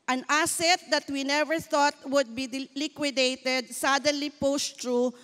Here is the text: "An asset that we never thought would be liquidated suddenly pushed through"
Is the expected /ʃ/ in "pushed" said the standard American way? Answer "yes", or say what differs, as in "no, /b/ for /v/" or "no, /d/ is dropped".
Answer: no, /s/ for /ʃ/